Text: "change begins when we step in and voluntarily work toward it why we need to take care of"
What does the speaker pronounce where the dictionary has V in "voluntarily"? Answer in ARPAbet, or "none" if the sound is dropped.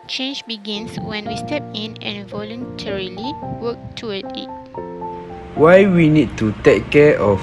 V